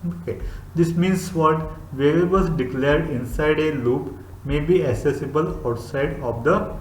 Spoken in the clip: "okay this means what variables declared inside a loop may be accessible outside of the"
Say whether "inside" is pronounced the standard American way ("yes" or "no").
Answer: yes